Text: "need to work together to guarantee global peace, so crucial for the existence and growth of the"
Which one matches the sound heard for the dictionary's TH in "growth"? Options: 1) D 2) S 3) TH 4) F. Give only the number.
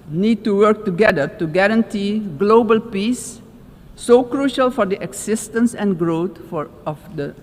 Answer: 4